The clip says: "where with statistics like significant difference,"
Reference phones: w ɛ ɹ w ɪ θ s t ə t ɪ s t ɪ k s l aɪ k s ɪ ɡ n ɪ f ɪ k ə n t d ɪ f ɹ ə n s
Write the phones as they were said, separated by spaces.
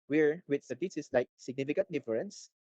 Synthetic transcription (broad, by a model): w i ɹ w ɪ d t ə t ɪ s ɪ s l aɪ k s ɪ ɡ n ɪ f ɪ k ə n t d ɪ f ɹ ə n s